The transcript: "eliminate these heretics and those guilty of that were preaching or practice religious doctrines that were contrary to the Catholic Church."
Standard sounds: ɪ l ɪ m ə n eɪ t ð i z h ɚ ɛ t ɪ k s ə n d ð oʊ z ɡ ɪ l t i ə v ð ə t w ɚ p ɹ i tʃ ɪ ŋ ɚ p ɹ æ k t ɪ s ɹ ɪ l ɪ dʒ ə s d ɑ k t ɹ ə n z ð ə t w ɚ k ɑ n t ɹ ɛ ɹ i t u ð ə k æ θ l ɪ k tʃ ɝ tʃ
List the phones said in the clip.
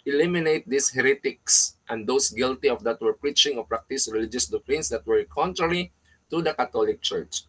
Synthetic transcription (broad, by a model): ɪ l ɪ m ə n eɪ t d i s h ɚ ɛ t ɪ k s ə n d oʊ s ɡ ɪ l t i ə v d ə t w ɚ p ɹ i tʃ ɪ ŋ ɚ p ɹ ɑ k t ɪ s ɹ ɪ l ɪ dʒ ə s d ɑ k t ɹ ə n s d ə t w ɚ k ɑ n t ɹ ɛ ɹ i t u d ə k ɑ t l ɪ k tʃ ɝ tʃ